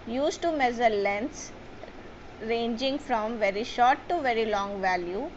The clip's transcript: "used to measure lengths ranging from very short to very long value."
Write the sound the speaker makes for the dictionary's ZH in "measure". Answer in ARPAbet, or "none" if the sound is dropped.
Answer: Z